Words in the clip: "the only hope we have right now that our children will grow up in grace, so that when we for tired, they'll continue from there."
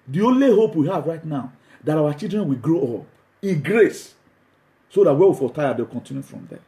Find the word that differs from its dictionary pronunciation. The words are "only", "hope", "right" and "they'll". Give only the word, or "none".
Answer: they'll